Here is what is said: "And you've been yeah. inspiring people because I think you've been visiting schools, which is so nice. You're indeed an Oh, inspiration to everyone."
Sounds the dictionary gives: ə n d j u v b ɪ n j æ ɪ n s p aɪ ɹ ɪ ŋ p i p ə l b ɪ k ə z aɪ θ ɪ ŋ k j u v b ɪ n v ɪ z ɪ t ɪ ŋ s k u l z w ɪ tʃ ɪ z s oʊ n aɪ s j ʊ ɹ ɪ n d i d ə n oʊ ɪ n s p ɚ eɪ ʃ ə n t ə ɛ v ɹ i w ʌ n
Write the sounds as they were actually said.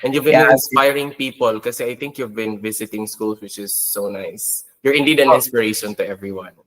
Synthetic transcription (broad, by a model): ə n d j u v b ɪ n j ɪ n s p aɪ ɹ ɪ ŋ p i p ə l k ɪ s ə aɪ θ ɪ ŋ k j u v b ɪ n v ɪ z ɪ t ɪ ŋ s k u l s w ɪ tʃ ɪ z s oʊ n aɪ s j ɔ ɹ ɪ n d i d ə n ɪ n s p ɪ eɪ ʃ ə n t ə ɛ v ɹ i w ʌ n